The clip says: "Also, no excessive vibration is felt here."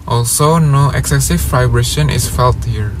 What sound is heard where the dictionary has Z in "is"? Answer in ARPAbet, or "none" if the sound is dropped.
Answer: S